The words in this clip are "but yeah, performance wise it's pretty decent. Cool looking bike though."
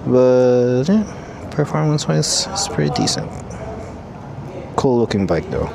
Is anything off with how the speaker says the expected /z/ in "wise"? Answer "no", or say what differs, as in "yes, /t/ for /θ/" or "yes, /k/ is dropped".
yes, /z/ is dropped